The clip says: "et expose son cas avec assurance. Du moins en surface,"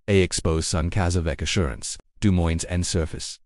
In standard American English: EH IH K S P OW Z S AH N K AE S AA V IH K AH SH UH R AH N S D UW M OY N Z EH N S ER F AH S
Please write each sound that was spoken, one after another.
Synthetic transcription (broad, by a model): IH IH K S P OW Z S AH N K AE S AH V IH K AH SH UH R AH N S D UW M OY N Z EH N S ER F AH S